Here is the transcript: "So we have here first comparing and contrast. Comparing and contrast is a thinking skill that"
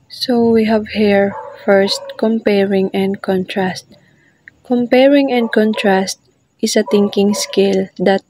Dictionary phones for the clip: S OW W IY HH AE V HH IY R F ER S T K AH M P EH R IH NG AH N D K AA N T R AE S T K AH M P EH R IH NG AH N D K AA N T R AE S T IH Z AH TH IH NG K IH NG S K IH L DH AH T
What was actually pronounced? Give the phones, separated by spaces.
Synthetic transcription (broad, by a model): S OW W IY HH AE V HH IY R F ER S T K AH M P EH R IH NG AH N D K AA N T R AE S T K AH M P EH R IH NG AH N D K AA N T R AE S T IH S AH T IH NG K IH NG S K IH L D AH T